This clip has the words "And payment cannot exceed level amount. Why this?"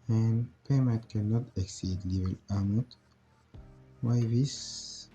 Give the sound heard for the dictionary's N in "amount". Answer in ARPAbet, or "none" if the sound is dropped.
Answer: none